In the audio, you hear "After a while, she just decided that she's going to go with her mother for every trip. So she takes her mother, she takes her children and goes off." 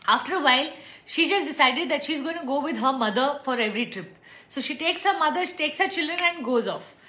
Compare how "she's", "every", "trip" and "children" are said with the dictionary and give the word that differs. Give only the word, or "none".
none